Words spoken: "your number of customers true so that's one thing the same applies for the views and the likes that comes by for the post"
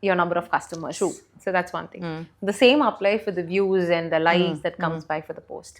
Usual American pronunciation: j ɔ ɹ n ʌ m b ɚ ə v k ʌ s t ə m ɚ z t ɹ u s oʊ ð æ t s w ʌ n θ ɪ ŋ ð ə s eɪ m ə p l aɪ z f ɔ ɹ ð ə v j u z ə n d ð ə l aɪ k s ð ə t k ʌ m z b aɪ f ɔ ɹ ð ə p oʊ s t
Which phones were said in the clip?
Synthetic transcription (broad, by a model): j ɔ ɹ n ʌ m b ɚ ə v k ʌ s t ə m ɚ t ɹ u s oʊ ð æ t s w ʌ n t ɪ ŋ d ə s eɪ m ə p l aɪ f ɔ ɹ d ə v j u z ə n d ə l aɪ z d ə t k ʌ m z b aɪ f ɔ ɹ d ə p oʊ s t